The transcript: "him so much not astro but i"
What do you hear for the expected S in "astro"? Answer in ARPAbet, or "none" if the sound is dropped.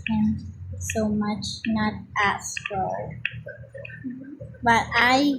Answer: none